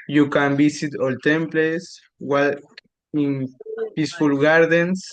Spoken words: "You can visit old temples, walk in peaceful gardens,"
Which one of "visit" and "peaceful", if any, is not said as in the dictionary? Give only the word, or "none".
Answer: visit